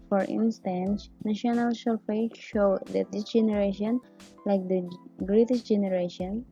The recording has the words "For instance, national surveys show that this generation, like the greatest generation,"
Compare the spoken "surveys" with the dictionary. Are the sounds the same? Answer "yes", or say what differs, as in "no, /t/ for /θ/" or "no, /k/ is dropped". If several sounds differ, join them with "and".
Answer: no, /f/ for /v/